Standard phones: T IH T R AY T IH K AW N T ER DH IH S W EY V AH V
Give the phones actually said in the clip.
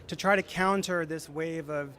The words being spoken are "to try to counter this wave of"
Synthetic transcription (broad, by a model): T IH T R AY T IH K AW N T ER DH IH S W EY V AH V